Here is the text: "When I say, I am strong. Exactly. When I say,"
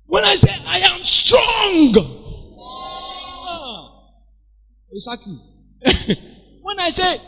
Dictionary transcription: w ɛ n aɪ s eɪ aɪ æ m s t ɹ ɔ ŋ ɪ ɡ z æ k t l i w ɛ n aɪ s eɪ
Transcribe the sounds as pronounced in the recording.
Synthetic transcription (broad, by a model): w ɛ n aɪ s eɪ aɪ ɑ m s t ɹ ɔ ŋ ɡ s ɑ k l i w ɛ n aɪ s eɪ